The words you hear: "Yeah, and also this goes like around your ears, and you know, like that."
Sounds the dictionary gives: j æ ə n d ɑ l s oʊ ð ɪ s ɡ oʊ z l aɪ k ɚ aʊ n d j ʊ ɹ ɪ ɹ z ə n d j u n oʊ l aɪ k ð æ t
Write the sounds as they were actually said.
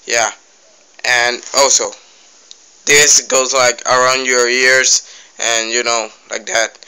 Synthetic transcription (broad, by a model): j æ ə n ɑ l s oʊ ð ɪ s ɡ oʊ z l aɪ k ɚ aʊ n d j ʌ ɹ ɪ ɹ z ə n j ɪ n oʊ l aɪ k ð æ t